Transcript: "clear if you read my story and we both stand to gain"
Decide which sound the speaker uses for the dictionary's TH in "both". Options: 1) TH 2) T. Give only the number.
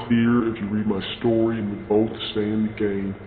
1